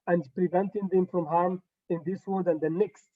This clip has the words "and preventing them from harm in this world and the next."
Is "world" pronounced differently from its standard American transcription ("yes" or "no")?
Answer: yes